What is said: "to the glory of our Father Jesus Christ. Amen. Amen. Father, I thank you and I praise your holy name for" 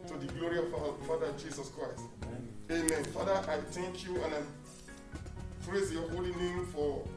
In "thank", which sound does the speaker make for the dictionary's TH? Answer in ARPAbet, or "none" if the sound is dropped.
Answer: T